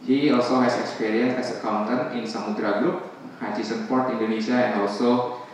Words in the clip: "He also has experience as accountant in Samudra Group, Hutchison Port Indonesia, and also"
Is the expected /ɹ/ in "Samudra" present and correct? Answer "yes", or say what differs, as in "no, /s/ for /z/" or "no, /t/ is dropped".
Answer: yes